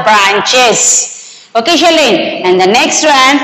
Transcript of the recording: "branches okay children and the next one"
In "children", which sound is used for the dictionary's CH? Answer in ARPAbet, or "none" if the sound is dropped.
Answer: SH